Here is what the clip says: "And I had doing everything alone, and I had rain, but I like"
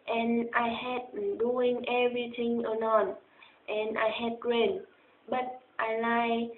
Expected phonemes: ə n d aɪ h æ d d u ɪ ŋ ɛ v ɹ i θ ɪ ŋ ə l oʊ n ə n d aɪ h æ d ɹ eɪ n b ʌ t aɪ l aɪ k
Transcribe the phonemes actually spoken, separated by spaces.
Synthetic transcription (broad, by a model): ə n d aɪ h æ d d u ɪ ŋ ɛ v ɹ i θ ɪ ŋ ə n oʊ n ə n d aɪ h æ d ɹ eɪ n b ʌ t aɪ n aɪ